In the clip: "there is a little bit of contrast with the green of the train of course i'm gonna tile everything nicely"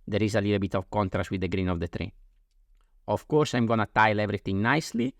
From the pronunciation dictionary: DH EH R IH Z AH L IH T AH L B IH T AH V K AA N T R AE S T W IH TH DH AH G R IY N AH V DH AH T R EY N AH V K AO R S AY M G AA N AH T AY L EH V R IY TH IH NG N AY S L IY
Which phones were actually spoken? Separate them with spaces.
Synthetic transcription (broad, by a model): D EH R IH Z AH L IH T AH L B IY T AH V K AA N T R AE S T W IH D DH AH G R IY N AH V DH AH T R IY AH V K AO R S AY M G AA N AH T AY L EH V R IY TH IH NG N AY S L IY